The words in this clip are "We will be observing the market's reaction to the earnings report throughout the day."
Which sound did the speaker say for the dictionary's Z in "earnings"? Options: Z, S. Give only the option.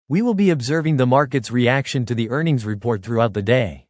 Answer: Z